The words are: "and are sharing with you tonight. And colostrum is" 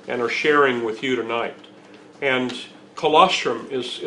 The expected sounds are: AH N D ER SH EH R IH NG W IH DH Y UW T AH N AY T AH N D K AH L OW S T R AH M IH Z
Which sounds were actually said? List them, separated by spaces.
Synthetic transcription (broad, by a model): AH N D ER SH EH R IH NG W IH DH Y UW T AH N AY T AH N K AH L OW S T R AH M IH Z